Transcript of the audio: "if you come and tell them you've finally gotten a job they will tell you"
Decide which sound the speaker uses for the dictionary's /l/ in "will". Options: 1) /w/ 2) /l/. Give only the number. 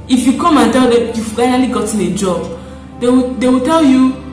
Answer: 1